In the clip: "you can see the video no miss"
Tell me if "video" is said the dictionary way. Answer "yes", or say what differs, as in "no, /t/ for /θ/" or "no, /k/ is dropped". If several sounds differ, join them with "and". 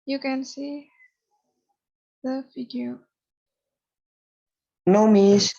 no, /f/ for /v/